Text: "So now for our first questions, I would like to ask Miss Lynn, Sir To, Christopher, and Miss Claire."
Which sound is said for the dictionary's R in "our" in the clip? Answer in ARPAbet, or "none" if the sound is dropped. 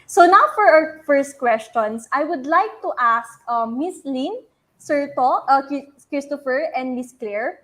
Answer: W